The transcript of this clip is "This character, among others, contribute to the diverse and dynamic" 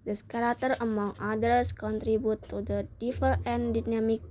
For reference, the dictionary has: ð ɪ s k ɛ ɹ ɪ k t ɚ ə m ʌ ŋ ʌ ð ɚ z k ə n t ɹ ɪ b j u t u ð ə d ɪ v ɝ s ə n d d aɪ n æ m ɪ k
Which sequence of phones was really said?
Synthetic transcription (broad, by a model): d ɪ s k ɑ ɹ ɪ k t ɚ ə m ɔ ŋ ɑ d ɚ s k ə n t ɹ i b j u t u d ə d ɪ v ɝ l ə n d d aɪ n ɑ m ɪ k